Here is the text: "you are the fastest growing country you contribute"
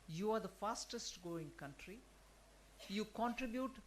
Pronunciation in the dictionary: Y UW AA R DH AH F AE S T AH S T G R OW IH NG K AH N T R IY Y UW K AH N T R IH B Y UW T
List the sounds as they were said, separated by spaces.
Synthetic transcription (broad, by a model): Y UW AA R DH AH F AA S T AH S T G OW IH NG K AH N T R IY Y UW K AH N T R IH B Y UW T